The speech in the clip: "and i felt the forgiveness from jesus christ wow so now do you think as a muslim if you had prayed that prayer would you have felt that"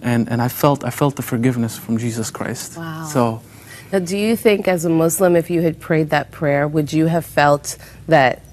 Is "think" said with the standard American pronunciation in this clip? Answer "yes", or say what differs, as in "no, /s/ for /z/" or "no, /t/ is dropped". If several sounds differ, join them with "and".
yes